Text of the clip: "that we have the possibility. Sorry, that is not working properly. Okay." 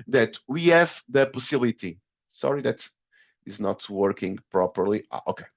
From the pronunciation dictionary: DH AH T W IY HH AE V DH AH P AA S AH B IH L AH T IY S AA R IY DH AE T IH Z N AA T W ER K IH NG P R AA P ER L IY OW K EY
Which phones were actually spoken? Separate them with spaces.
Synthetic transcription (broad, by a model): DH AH T W IY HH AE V DH AH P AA S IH L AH T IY S AA R IY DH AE T IH Z N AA T W ER K IH NG P R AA P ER L IY OW K EY